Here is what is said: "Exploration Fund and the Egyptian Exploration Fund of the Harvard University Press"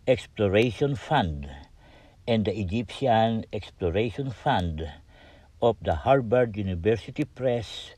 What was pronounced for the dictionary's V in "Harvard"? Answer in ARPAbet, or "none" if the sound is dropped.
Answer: B